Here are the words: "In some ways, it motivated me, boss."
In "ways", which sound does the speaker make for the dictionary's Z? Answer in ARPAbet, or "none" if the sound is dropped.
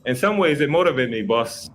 Z